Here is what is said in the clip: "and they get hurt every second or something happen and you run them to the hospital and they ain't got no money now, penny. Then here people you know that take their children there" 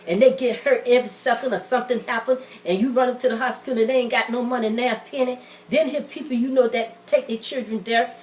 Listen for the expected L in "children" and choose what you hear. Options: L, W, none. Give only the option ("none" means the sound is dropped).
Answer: L